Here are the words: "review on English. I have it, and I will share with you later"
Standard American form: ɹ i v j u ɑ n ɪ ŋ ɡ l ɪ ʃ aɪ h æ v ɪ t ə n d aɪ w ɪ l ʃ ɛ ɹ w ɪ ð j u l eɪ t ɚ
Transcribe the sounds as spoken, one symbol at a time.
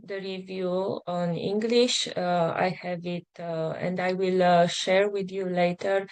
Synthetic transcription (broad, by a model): ɹ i v j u ɑ n ɪ ŋ ɡ l ɪ ʃ aɪ h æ v ɪ t ə n d aɪ w ɪ l ʃ ɛ ɹ w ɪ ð j u l eɪ t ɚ